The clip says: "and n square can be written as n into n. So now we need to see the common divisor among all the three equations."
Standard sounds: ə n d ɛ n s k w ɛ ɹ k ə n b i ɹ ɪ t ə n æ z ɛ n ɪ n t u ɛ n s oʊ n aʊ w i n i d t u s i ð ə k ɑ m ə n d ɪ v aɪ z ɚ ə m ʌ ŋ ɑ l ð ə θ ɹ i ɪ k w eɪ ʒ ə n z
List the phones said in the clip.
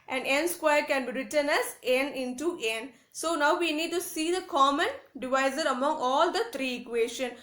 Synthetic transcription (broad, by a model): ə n d ɛ n s k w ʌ ɹ k ə n b i ɹ ɪ t ə n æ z ɛ n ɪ n t u ɛ n s oʊ n aʊ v i n i d t u s i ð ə k ɑ m ə n d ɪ v aɪ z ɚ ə m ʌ ŋ ɑ l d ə t ɹ i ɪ k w eɪ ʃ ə n